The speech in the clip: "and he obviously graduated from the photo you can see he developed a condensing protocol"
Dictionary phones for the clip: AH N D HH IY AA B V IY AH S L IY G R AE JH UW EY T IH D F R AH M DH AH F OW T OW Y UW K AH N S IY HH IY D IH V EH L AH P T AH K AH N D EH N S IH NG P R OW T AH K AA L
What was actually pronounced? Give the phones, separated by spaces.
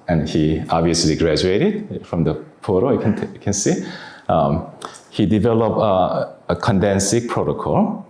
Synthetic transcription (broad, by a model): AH N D HH IY AA B V IY AH S L IY G R AE JH UW EY T IH D F R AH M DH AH P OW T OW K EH K AH N S IY HH IY D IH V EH L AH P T AH K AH N D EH N S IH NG P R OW T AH K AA L